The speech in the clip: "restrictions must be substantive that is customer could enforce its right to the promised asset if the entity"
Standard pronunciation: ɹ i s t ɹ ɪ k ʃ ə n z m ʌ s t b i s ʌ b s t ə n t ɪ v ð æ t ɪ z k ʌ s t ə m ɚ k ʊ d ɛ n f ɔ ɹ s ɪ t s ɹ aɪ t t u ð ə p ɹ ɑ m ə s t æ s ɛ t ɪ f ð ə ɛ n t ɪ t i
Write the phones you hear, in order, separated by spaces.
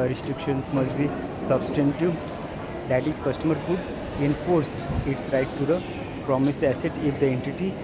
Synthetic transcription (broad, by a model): ɹ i s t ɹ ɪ k ʃ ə n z m ʌ s t b i s ʌ b s t ə n t ɪ v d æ t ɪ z k ʌ s t ə m ɚ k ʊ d ɛ n f ɔ ɹ s ɪ t s ɹ aɪ t t u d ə p ɹ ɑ m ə s æ s ɛ t ɪ f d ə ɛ n t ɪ t i